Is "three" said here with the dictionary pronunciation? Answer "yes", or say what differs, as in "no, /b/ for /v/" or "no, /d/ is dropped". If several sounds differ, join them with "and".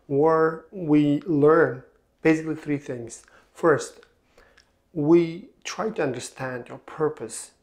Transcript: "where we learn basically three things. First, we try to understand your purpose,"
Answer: yes